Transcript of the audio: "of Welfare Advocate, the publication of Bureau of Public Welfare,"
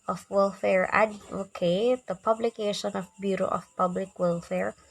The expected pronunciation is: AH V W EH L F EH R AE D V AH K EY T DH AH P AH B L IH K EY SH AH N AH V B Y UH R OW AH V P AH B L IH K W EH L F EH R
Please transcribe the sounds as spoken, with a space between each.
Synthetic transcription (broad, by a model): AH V W EH L F EH R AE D AH K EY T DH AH P AH B L IH K EY SH AH N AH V B Y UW R OW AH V P AH B L IH K W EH L F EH R